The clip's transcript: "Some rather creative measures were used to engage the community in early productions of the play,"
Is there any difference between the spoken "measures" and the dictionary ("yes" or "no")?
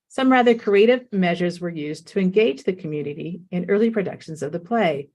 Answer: no